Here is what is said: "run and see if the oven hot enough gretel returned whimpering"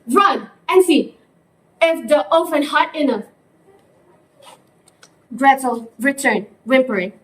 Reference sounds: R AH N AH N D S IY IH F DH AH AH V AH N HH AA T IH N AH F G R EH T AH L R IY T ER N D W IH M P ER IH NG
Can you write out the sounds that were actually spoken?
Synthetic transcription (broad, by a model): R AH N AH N S IY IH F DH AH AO F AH N HH AA T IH N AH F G R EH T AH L R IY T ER N W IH M P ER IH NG